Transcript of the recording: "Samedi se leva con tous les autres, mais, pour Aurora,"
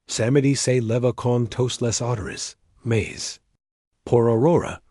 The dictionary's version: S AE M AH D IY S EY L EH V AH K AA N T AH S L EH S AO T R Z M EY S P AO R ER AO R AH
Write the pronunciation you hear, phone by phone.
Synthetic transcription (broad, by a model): S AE M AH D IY S EY L EH V AH K AA N T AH S L EH S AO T R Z M EY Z P AO R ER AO R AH